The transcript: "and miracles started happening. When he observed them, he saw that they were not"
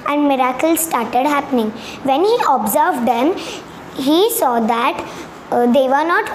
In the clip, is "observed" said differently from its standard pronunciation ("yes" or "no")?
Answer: no